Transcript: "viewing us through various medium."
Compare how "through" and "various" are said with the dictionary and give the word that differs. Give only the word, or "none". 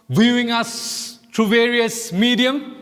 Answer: through